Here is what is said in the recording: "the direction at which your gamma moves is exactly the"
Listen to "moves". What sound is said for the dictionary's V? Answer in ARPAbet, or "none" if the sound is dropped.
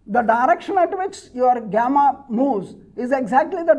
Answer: none